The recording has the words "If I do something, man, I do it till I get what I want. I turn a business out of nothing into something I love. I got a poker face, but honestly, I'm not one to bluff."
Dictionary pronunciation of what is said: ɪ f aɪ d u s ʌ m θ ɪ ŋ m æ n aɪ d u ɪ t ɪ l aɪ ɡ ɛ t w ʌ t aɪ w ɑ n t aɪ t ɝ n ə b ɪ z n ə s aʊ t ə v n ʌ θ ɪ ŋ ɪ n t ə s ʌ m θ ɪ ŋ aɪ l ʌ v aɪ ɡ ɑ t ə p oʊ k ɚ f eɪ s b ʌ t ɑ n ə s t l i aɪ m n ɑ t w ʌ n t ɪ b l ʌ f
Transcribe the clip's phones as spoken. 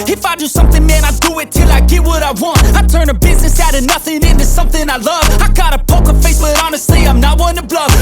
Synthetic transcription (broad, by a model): ɪ f aɪ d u s ʌ m θ ɪ ŋ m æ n aɪ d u ɪ t ɪ l aɪ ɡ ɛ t w ʌ t aɪ w ɑ n t aɪ t ɝ n ə b ɪ z n ə s aʊ t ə n ʌ θ ɪ ŋ ɪ n t ə s ʌ m θ ɪ ŋ aɪ l ʌ v aɪ ɡ ɑ t ə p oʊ k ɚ f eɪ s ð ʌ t ɑ n ə s t l i aɪ m n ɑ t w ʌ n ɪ b l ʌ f